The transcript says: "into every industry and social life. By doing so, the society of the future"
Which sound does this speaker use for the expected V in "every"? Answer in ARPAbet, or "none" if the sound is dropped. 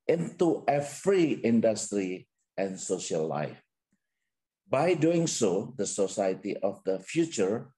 F